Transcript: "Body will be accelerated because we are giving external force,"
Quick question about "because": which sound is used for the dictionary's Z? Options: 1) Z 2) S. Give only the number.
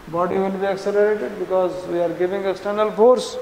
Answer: 1